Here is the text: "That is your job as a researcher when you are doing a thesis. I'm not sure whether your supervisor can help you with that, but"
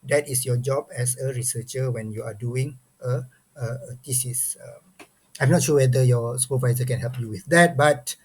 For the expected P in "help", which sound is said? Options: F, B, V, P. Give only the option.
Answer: P